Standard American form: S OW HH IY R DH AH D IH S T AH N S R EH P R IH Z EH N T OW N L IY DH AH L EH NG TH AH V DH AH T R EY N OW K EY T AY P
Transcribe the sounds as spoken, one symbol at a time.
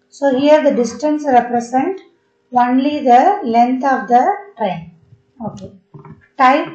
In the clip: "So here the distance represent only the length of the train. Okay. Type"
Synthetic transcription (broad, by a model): S OW HH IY R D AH D IH S T AH N S R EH P R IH S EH N T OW N L IY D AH L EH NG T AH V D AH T R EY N OW K EY T AY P